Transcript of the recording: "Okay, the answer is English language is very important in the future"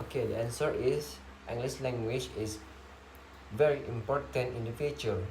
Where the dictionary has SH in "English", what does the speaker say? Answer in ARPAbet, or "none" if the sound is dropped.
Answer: S